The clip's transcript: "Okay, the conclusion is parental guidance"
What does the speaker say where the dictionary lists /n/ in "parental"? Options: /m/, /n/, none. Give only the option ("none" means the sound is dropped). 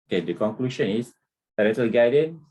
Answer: none